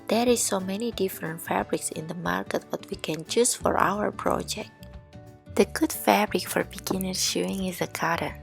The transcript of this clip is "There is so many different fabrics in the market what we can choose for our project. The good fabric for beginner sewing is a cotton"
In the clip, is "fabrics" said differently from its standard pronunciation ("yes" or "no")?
no